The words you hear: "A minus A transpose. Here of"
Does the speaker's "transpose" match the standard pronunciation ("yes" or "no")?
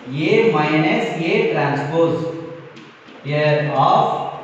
yes